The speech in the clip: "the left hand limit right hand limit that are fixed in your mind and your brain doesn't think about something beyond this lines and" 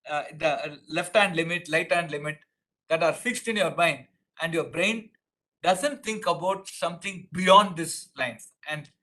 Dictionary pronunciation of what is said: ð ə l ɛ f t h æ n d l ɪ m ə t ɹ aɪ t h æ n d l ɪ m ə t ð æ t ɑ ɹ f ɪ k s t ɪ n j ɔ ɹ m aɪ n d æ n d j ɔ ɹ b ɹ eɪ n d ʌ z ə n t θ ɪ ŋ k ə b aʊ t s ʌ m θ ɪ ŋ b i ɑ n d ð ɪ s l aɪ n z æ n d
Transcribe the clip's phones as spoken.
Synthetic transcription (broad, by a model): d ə l ɛ f t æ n d l ɪ m ə t l aɪ t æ n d l ɪ m ə t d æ t ɑ ɹ f ɪ k s t ɪ n j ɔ ɹ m aɪ n d æ n d j ɔ ɹ b ɹ eɪ n d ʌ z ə n t t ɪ ŋ k ə b aʊ t s ʌ m t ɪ ŋ b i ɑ n d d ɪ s l aɪ n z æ n d